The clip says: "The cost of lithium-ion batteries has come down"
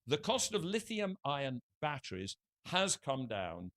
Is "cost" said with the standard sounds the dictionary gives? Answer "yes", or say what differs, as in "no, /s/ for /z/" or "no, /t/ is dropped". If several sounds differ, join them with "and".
yes